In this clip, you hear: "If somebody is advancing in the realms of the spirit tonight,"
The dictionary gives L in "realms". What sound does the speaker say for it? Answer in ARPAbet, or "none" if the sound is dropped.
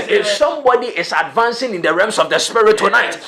none